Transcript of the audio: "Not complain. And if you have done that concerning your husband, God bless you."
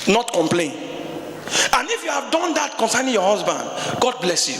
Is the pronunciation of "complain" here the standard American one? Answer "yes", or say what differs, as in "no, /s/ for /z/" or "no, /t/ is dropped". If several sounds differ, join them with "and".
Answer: yes